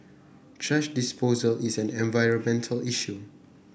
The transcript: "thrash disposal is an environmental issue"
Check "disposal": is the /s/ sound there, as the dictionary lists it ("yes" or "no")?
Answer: yes